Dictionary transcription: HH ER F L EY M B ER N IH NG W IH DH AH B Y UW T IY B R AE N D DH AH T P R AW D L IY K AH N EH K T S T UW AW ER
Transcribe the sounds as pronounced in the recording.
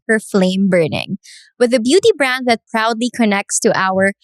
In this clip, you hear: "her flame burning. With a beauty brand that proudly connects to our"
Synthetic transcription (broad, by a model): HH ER F L EY M B ER N IH NG W IH DH AH B Y UW T IY B R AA N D DH AH T P R AW D L IY K AH N EH K T S T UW AW ER